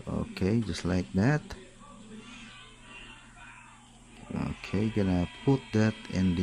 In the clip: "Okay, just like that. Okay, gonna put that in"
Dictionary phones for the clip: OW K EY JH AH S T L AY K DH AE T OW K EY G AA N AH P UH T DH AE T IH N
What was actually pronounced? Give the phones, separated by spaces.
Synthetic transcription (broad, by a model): OW K EY JH AH S T L AY K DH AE T OW K EY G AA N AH P UH T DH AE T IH N